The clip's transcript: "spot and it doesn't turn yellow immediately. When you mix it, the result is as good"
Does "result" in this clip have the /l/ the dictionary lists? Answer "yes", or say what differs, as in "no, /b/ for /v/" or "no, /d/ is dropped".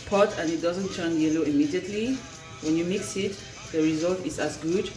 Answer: yes